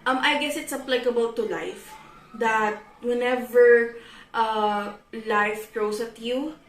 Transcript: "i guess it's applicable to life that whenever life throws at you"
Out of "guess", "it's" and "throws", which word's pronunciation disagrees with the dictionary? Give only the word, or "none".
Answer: throws